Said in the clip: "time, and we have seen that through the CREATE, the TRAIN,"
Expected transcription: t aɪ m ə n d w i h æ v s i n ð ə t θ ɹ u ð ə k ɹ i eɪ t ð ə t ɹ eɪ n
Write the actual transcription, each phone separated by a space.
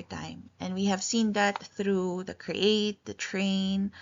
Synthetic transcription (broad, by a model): t aɪ m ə n w i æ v s i n ð ə t θ ɹ u ð ə k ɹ i eɪ t ð ə t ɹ eɪ n